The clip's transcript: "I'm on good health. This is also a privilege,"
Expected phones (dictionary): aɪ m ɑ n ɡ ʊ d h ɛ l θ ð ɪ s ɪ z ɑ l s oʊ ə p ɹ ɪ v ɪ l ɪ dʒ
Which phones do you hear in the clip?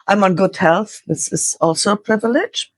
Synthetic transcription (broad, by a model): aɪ m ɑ n ɡ ʊ d h ɛ l θ ð ɪ s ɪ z ɑ l s oʊ ə p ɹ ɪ v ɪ l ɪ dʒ